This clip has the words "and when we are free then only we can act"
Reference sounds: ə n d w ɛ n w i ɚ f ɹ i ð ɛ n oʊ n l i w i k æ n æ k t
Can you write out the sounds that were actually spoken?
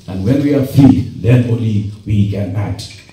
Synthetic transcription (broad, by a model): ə n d w ɛ n w i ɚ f i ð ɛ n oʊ l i w i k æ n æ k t